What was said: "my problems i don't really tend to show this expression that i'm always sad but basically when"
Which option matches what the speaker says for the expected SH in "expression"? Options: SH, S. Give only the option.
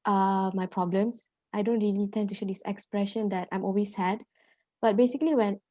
SH